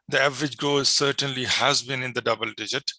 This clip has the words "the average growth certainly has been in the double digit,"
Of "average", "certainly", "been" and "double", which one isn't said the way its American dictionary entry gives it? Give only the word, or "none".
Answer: none